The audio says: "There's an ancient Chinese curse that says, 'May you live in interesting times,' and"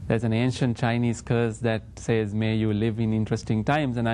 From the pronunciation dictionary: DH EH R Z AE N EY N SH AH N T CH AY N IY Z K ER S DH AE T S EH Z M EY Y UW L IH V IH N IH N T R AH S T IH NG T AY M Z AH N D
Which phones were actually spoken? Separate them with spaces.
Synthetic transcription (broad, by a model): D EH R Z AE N EY N SH AH N T CH AY N IY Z K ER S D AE T S EH Z M EY Y UW L IH V IH N IH N T R AH S T IH NG T AY M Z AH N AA